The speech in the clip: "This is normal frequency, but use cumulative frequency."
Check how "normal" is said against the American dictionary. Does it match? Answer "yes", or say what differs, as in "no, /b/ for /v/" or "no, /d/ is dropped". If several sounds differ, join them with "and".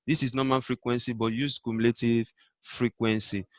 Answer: no, /n/ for /l/